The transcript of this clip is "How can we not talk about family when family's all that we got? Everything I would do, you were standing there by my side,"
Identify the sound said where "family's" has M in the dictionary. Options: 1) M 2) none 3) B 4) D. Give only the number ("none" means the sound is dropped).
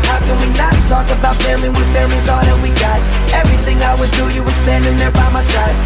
2